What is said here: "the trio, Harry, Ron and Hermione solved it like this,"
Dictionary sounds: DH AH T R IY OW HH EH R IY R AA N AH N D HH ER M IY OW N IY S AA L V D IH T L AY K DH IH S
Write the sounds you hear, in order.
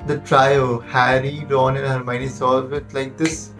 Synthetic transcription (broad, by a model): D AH T R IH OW HH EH R IY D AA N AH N HH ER M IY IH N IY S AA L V IH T L AY K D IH S